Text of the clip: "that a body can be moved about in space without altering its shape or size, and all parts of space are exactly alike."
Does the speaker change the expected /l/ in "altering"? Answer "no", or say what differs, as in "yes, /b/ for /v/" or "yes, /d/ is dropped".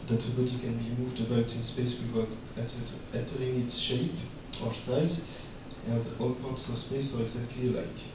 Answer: yes, /n/ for /l/